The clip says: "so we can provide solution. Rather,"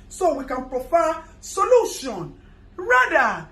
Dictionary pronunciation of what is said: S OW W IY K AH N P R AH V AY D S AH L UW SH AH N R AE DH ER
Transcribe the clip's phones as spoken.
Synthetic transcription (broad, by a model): S OW W IY K AH N P R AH F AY S AH L UW SH AH N R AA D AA